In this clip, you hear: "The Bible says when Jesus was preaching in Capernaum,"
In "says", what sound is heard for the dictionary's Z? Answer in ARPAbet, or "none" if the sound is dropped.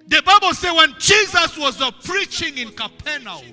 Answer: none